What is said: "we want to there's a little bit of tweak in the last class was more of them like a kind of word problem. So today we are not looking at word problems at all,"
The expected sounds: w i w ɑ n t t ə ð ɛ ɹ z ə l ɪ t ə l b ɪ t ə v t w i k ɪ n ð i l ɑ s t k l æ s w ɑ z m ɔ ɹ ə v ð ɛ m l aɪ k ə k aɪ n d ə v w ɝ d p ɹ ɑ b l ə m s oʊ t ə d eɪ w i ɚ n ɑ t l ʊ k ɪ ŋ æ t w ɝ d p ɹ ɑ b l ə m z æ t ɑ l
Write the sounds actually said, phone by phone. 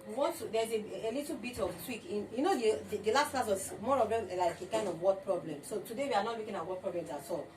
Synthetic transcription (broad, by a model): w w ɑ t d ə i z ə l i t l b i t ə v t w i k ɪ n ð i l ɑ s t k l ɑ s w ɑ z m ɔ ɹ ə v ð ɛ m l aɪ k ə k aɪ n d ə v w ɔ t p ɹ ɑ b l ə m s oʊ t ə d eɪ w i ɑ n ɑ t l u k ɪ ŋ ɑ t w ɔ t p ɹ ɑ b l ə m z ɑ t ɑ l